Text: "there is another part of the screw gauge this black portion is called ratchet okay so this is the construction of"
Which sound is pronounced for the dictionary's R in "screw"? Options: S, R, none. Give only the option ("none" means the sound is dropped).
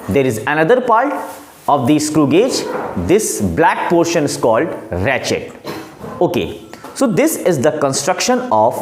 R